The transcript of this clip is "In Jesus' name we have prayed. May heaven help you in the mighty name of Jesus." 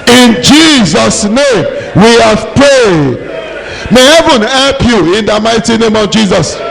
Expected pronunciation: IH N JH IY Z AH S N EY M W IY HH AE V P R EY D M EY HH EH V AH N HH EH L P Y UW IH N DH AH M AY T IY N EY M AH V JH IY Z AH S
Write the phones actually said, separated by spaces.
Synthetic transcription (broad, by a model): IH N JH IY Z AH S N EY M W IY HH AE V P R EY D M EY HH EH V AH N HH EH L P Y UW IH N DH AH M AY T IY N EY M AH V JH IY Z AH S